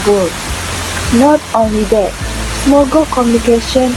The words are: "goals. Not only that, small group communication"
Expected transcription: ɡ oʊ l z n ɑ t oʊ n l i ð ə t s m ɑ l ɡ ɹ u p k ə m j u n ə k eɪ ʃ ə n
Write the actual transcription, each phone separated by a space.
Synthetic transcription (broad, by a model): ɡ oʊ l n ɑ t oʊ n l i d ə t s m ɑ ɡ ʌ k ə m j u n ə k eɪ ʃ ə n